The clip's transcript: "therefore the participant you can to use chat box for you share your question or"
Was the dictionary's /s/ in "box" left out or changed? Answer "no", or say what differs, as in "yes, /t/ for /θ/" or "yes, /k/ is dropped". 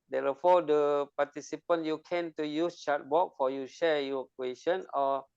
yes, /s/ is dropped